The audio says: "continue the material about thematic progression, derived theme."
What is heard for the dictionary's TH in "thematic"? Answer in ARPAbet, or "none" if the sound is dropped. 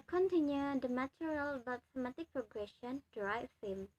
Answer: S